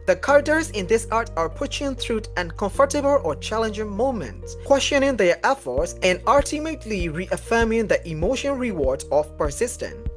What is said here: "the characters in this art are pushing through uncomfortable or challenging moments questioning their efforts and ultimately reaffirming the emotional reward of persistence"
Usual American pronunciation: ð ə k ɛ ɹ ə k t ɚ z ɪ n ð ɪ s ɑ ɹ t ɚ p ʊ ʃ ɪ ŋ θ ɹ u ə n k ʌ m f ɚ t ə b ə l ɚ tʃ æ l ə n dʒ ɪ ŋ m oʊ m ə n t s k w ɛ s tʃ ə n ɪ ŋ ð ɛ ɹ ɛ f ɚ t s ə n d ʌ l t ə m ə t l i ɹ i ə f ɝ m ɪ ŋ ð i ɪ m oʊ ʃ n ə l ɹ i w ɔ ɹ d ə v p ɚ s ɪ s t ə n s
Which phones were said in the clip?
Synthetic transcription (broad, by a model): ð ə k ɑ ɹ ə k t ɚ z ɪ n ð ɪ s ɑ ɹ t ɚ p ʊ ʃ ɪ ŋ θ ɹ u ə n k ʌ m f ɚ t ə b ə l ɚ tʃ æ l ə n dʒ ɪ ŋ m oʊ m ə n t s k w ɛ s tʃ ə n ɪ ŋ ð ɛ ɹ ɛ f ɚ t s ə n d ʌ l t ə m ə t l i ɹ i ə f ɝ m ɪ ŋ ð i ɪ m oʊ ʃ ə n ɹ i w ɔ ɹ d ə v p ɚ s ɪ s t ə n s